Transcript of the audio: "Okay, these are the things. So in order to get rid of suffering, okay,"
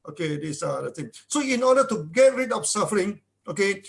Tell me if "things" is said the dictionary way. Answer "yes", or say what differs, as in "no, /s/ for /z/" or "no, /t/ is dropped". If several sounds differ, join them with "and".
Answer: no, /t/ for /θ/